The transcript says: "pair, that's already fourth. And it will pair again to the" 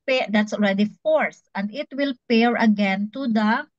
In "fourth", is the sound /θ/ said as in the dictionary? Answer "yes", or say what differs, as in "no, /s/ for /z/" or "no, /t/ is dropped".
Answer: no, /s/ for /θ/